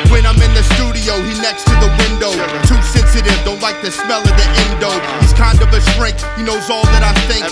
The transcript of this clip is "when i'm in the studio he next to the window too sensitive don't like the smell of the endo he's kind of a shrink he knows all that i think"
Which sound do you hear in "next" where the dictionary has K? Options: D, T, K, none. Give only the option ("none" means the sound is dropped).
K